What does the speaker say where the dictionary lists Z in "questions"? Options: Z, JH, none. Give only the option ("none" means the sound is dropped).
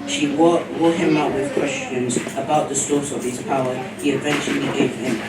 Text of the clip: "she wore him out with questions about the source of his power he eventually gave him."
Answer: Z